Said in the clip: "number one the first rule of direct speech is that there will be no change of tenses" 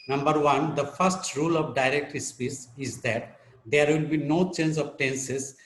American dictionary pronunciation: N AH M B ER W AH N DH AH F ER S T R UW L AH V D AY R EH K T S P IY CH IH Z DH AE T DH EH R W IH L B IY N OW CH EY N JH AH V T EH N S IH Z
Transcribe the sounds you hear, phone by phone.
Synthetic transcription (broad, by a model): N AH M B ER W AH N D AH F ER S T R UW L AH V D AY R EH K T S P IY S IH Z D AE T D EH R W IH L B IY N OW CH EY N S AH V T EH N S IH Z